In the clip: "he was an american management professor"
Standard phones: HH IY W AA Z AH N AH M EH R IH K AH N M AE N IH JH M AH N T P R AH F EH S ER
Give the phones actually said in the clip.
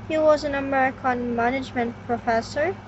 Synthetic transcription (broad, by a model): HH IY W AA Z AH N AH M EH R IH K AH N M AE N IH JH M AH N T P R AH F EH S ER